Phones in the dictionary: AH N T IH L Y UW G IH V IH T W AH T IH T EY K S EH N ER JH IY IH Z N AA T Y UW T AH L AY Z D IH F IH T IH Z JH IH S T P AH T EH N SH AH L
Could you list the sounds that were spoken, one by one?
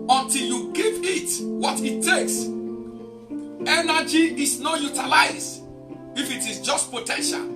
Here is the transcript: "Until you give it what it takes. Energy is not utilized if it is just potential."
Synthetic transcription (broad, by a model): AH N T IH L Y UW G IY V IH T W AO T IH T EY K S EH N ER JH IY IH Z N AA T Y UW T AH L AY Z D IH F IH T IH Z JH IH S T P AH T EH N SH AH L